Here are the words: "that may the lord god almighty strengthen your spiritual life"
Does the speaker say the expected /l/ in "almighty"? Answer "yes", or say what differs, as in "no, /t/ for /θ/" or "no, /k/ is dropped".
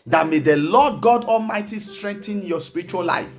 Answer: yes